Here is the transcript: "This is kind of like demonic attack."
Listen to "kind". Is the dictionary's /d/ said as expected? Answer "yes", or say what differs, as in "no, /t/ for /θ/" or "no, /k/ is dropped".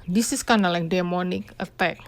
no, /d/ is dropped